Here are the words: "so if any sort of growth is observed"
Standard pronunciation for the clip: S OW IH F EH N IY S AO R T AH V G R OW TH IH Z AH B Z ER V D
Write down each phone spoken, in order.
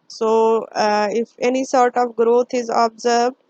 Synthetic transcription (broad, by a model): S OW IH F EH N IY S AO R T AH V G R OW T IH Z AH B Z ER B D